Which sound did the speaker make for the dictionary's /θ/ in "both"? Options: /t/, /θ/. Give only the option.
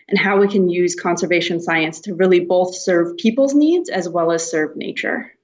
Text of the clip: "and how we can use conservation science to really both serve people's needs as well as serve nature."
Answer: /θ/